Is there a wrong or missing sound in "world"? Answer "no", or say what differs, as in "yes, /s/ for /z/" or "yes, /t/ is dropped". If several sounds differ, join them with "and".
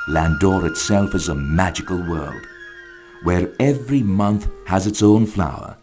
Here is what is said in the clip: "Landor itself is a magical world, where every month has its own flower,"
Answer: no